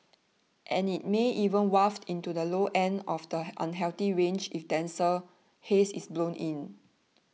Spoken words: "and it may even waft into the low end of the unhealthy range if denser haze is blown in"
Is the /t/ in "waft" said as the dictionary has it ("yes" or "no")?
yes